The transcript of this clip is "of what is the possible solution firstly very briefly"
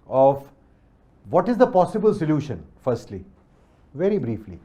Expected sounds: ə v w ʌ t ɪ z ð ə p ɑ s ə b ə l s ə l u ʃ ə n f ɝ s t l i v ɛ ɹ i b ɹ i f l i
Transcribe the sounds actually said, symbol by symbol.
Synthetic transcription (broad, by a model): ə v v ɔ t ɪ z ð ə p ɑ s ə b ə l s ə l u ʃ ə n f ɝ s t l i v ɛ ɹ i b ɹ i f l i